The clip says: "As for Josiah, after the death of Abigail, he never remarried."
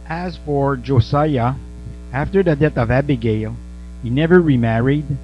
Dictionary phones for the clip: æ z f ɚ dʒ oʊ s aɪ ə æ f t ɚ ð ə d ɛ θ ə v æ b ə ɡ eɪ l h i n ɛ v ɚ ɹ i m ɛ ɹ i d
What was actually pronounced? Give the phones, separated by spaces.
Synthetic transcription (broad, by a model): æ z f ɚ dʒ oʊ s aɪ ə æ f t ɚ ð ə d ɛ θ ə v æ b ə ɡ eɪ l h i n ɛ v ɚ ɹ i m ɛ ɹ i d